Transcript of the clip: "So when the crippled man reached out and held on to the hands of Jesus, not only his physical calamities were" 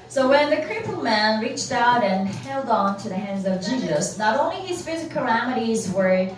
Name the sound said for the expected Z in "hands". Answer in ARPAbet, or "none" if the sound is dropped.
Z